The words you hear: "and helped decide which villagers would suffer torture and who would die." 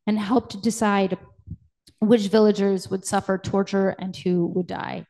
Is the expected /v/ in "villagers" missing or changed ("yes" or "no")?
no